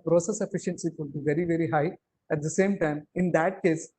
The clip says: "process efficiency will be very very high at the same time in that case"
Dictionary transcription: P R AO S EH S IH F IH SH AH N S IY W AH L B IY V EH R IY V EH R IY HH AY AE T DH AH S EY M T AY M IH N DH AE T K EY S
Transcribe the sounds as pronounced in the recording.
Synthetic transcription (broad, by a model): P R AO S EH S IH F IH SH AH N S IY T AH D B IY V EH R IY V EH R IY HH AY AE T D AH S EY M T AY M IH N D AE T K EY S